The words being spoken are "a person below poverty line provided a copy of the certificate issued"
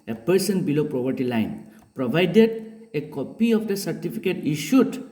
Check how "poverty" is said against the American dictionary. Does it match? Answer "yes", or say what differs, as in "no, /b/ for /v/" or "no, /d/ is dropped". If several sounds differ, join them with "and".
no, /p/ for /v/